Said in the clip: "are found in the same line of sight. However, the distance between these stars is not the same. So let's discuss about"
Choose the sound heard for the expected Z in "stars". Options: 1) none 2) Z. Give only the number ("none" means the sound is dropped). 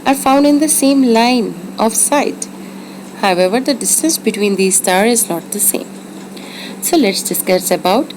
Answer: 1